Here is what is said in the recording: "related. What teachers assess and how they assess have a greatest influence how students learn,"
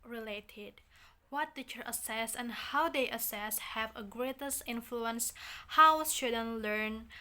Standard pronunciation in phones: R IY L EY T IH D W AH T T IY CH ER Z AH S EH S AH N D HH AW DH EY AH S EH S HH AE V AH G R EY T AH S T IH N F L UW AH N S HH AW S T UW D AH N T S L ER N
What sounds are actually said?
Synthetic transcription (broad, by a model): R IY L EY T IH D W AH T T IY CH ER AH S EH S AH N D HH AW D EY AH S EH S HH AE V AH G R EY T AH S T IH N F L UW AH N S HH AW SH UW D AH N L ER N